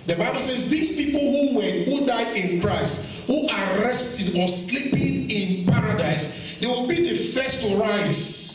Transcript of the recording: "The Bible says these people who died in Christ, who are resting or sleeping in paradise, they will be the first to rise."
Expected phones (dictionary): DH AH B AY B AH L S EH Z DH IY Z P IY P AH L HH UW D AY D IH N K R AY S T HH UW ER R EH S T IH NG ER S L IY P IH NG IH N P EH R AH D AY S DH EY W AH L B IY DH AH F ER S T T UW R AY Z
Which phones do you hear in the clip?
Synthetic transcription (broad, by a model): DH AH B AY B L S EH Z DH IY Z P IY P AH W HH UW D AY D IH N K R AY S T HH UW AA R EH S T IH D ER S L IY P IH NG IH N P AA R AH D AY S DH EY W AH L B IY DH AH F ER S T T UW R AY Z